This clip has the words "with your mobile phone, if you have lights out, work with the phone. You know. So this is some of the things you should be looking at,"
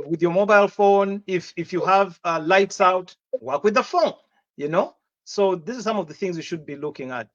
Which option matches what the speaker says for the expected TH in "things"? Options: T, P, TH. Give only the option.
TH